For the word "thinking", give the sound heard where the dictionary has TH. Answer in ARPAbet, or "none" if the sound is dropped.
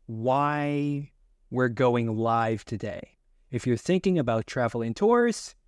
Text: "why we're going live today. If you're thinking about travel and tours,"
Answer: TH